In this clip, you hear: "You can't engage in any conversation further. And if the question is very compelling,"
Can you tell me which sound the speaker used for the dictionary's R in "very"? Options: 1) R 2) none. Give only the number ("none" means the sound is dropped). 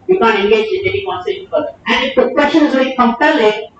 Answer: 2